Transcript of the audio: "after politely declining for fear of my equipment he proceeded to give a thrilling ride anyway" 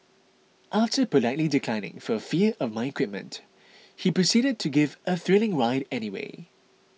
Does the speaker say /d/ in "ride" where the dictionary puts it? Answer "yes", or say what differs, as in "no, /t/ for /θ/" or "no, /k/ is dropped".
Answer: yes